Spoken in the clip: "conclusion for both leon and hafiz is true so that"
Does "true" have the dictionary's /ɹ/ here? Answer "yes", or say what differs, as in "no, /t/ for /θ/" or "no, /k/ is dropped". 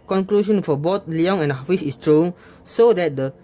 yes